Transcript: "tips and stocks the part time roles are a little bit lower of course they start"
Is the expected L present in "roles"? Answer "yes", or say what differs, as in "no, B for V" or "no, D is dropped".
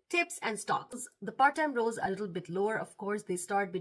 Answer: no, L is dropped